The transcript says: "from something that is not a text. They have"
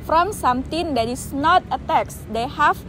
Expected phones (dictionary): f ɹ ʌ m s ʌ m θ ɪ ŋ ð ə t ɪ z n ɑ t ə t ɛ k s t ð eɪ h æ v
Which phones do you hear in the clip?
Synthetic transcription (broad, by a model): f ɹ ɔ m s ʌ m t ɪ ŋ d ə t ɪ s n ɑ t ə t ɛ k s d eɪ h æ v